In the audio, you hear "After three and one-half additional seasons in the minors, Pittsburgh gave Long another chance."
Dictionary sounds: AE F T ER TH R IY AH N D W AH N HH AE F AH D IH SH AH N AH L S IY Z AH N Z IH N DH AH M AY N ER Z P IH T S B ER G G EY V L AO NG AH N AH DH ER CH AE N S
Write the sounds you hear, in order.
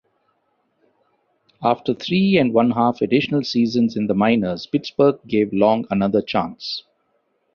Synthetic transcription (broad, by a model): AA F T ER T R IY AH N D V AH N HH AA F AH D IH SH AH N AH L S IY Z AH N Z IH N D AH M AY N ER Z P IH T S B ER G G EY V L AO NG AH N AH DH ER CH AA N S